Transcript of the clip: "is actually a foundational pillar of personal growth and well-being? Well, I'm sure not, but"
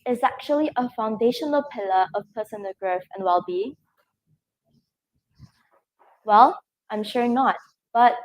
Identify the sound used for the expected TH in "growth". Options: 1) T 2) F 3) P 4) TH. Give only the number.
2